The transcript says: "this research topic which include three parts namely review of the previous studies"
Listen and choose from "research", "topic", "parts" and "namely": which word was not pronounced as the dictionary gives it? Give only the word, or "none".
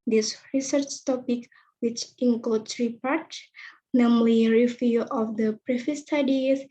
parts